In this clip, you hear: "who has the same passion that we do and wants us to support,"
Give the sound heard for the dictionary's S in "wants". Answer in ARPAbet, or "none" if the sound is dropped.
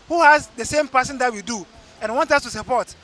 none